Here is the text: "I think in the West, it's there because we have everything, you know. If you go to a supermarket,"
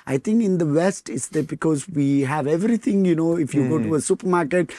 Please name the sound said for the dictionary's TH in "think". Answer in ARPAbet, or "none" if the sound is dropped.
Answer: T